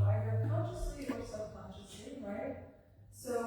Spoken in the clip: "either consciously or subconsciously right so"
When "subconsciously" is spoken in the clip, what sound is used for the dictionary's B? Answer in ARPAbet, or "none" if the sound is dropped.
none